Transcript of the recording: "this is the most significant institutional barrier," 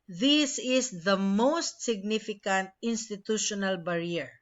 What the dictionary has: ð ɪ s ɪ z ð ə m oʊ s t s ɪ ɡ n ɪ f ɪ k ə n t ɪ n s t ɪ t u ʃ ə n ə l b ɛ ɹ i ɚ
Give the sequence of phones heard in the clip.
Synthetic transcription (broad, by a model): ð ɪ s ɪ s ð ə m oʊ s t s ɪ ɡ n ɪ f ɪ k ə n t ɪ n s t ɪ t u ʃ ə n ə l b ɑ ɹ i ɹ